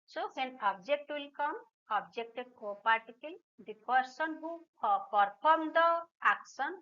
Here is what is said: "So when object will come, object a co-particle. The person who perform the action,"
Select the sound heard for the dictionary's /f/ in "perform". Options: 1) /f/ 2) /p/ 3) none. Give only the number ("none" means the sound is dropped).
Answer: 2